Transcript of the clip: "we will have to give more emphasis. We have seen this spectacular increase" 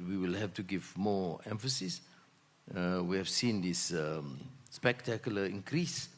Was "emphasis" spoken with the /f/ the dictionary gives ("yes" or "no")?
yes